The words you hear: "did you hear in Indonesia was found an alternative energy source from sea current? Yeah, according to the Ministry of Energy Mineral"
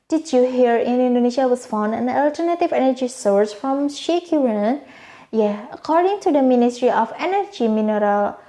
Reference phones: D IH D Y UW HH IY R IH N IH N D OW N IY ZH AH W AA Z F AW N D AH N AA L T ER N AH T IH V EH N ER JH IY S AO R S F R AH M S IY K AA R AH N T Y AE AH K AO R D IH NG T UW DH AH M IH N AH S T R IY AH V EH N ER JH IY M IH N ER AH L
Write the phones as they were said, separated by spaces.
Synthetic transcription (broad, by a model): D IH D Y UW HH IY R IH N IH N D OW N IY SH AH W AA S F AW N D AH N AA L T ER N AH T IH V EH N ER JH IY S AO R S F R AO M SH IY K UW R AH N Y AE AH K AO R D IH NG T UW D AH M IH N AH S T R IY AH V EH N ER JH IY M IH N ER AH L